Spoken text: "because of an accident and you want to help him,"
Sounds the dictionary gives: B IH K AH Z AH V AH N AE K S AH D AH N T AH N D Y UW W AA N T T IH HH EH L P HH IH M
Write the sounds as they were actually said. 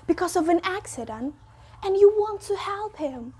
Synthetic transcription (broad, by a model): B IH K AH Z AH V AH N AE K S AH D AH N T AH N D Y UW W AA N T T IH HH EH L P HH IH M